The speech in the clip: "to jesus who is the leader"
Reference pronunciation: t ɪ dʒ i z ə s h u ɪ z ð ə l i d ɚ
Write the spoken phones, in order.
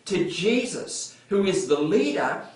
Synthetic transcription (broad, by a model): t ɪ dʒ i z ə s h u ɪ z ð ə l i d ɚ